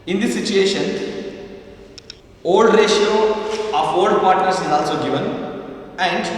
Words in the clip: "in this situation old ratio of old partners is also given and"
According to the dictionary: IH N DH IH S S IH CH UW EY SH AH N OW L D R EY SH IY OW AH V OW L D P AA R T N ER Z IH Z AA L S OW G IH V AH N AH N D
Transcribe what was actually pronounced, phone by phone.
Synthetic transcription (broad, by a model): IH N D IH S S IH CH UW EY SH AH N OW L D R EY SH IY OW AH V OW L D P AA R T N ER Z IH Z AA L S OW G IH V AH N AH N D